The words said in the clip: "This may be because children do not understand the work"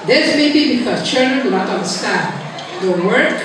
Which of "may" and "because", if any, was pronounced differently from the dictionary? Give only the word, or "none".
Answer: because